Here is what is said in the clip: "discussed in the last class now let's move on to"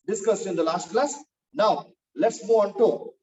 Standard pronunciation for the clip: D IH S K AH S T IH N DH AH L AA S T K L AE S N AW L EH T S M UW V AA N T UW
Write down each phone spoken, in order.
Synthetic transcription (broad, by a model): D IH S K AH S IH N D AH L AA S T K L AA S N AW L EH T S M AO AA N T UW